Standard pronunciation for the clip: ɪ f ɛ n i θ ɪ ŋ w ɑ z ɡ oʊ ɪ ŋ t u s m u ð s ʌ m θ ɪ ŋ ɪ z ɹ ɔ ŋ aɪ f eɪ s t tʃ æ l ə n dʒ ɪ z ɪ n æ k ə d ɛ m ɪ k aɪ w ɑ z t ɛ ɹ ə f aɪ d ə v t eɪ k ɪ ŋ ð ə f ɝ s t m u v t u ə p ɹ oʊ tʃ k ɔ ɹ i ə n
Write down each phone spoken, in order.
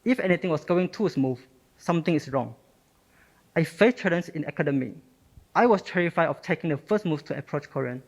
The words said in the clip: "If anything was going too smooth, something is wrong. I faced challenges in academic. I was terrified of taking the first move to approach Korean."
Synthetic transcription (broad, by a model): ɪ f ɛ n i t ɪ ŋ w ɑ s ɡ oʊ ɪ ŋ t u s m u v s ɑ m t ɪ ŋ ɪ s ɹ ɔ ŋ aɪ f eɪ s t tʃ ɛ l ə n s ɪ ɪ n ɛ k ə d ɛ m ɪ aɪ w ɑ s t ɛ ɹ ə f aɪ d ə f t eɪ k ɪ ŋ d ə f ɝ s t m u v t u ə p ɹ oʊ tʃ k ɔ ɹ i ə n